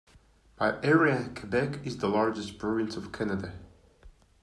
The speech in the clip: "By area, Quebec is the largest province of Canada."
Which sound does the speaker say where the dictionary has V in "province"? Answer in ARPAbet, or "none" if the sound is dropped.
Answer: none